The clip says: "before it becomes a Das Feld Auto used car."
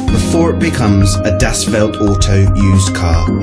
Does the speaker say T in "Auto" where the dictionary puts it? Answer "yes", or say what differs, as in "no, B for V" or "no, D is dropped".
yes